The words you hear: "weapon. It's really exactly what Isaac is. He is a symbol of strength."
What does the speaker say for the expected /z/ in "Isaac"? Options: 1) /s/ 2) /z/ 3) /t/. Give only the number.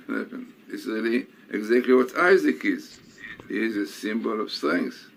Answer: 2